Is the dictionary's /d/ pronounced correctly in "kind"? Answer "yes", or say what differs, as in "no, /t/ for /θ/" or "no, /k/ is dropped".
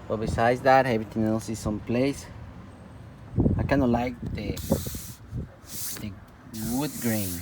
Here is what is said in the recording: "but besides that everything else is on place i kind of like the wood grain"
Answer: no, /d/ is dropped